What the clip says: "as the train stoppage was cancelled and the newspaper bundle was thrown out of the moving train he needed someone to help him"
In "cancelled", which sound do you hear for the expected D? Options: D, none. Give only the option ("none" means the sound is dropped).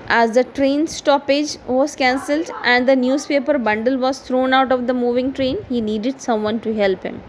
D